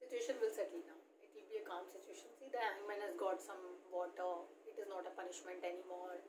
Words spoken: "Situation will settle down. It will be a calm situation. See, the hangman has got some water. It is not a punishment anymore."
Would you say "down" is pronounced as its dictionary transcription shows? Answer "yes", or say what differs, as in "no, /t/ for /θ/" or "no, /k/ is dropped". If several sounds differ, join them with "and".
no, /n/ is dropped